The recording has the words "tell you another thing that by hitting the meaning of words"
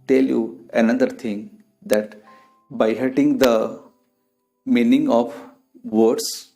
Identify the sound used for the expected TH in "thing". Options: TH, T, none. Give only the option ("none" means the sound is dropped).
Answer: T